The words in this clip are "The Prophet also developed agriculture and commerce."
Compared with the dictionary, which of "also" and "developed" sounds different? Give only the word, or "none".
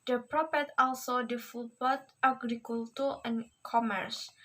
developed